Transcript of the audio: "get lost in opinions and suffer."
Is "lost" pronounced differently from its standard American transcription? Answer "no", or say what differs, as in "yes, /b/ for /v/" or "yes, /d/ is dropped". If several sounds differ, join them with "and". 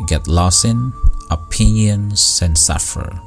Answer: yes, /t/ is dropped